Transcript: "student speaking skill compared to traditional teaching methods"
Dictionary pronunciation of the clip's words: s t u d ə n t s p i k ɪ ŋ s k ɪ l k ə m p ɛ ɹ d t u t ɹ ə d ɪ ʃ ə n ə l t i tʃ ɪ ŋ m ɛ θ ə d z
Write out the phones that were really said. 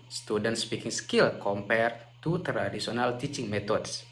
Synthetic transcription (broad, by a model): s t u d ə n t s p i k ɪ ŋ s k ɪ l k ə m p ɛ ɹ t u t ɹ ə d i s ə n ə l t i tʃ ɪ ŋ m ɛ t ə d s